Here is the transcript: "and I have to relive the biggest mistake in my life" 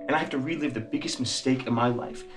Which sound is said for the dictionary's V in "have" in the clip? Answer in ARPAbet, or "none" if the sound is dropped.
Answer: F